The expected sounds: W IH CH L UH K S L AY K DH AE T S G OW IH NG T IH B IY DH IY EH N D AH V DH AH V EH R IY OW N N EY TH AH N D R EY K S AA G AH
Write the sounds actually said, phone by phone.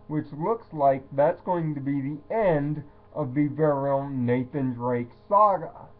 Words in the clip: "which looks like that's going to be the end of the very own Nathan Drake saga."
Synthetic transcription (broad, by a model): W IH CH L UH K S L AY K DH AE T S G OW IH NG T IH B IY DH IY EH N D AH V DH AH V EH R IY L N EY TH AH N D R EY K S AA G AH